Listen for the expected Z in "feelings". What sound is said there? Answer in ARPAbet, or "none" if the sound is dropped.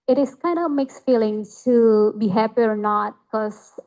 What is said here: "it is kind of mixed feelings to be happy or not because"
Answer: none